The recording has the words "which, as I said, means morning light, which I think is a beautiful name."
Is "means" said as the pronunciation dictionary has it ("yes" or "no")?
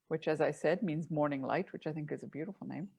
yes